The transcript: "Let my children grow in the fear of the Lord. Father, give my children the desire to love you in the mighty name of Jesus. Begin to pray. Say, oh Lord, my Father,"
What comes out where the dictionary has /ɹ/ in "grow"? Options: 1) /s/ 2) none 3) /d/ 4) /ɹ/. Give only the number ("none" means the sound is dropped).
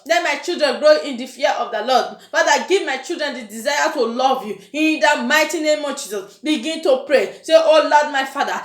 4